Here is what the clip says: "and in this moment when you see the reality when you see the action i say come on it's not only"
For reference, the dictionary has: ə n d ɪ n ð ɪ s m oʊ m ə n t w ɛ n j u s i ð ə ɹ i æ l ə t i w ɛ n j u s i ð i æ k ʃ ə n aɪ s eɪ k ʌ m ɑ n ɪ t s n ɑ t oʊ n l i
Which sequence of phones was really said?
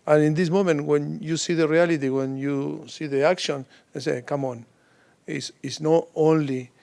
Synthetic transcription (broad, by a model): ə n ɪ n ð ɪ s m oʊ m ə n t w ɛ n j u s i ð ə ɹ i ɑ l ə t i w ɛ n j u s i ð i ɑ k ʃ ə n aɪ s eɪ k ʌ m ɑ n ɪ s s n ɑ t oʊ n l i